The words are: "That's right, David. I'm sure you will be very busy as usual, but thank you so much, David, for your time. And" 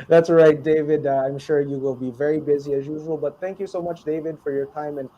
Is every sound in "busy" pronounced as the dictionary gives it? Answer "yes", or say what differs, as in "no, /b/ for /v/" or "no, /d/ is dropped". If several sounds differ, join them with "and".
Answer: yes